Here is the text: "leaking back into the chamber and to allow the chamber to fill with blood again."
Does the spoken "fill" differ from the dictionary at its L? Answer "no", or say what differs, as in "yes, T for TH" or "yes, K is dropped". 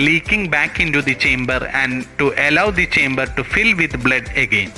no